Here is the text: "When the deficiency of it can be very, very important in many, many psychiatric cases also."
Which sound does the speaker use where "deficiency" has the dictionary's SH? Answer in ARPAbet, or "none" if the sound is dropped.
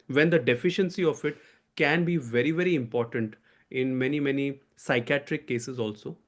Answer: SH